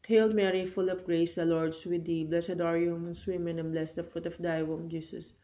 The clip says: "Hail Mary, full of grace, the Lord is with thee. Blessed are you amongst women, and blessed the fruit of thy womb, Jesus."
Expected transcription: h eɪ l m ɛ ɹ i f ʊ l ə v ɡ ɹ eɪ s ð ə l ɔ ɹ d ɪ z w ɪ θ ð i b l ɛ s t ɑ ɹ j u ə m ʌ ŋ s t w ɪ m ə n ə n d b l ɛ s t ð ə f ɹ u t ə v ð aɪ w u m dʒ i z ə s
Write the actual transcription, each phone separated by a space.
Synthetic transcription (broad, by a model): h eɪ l m ɛ ɹ i f ʊ l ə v ɡ ɹ eɪ s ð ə l ɔ ɹ d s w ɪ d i b l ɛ s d ɑ ɹ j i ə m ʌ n s w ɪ m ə n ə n b l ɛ s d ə f ɹ u t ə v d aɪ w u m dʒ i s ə s